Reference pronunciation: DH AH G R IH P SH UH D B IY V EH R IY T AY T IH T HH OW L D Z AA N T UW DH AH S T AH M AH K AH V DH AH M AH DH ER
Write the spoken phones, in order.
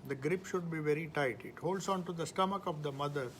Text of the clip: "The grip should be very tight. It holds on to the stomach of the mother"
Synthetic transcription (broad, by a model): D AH G R IH P SH UH D B IY V EH R IY T AY T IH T HH OW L D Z AA N T UW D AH S T AH M AH K AH V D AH M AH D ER